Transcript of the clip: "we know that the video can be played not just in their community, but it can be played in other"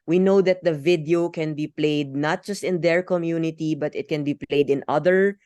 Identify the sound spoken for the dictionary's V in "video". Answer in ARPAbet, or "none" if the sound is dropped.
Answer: V